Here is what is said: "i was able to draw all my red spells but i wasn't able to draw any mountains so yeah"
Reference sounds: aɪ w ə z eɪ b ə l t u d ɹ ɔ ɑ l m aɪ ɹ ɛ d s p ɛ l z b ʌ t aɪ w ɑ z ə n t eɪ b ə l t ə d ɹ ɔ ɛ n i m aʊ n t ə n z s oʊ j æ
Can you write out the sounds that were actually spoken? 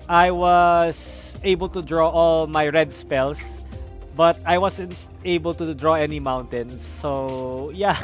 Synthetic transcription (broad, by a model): aɪ w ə s eɪ b ə l t u d ɹ ɔ ɑ l m aɪ ɹ ɛ d s p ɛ l s b ʌ t aɪ w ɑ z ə n t eɪ b ə l t ə d ɹ ɔ ɛ n i m aʊ n t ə n s oʊ j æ